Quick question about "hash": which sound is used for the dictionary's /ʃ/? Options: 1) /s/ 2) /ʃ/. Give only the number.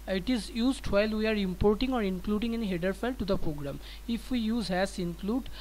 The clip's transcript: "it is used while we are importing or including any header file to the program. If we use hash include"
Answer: 1